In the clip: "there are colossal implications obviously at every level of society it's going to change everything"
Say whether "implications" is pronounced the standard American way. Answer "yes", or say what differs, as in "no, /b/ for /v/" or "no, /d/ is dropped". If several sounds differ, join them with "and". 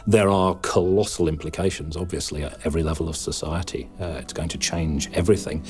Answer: yes